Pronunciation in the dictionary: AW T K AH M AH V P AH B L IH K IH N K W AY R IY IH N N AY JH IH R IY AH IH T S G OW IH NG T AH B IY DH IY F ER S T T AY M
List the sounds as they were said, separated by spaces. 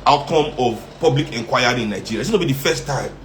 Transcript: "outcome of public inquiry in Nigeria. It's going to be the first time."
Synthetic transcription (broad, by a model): AW T K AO M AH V P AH B L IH K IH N K W AY IY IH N N AY JH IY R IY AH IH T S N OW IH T B IY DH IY F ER S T T AY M